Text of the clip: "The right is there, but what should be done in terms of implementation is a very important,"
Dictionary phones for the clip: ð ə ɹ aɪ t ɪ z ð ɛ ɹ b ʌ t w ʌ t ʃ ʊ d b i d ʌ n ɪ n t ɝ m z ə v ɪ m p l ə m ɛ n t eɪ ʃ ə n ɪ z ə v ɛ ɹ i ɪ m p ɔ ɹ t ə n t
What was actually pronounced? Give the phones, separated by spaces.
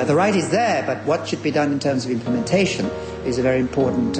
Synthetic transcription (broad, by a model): ð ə ɹ aɪ t ɪ z ð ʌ ɹ b ʌ t w ʌ t ʃ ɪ d b i d ʌ n ɪ n t ɝ m z ə v ɪ m p l ə m ɛ n t eɪ ʃ ə n ɪ z ə v ɛ ɹ i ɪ m p ɔ ɹ t n t